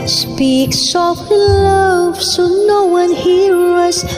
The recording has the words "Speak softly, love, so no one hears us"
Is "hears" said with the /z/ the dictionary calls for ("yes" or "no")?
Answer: no